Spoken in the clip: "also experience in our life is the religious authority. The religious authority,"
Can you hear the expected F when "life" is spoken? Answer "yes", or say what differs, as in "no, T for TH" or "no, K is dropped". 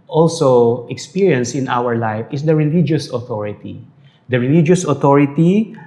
yes